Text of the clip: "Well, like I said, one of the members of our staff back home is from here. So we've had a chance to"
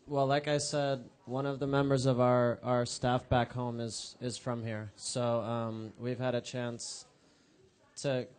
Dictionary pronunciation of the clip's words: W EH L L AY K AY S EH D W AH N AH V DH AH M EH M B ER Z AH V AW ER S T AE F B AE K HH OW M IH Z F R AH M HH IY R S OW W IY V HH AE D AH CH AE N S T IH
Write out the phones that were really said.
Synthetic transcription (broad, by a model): W EH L L AY K AY S EH D W AH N AH V DH AH M EH M B ER Z AH V AW ER S T AE F B AE K HH OW M IH Z F R AH M HH IY R S OW W IY V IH D AH CH AE N S T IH